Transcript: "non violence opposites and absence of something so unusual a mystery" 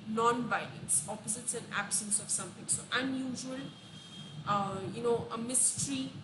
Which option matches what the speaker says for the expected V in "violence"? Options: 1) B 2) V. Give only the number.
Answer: 1